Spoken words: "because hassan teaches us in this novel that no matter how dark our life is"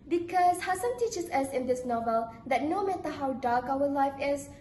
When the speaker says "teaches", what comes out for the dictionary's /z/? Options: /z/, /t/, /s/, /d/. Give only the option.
/s/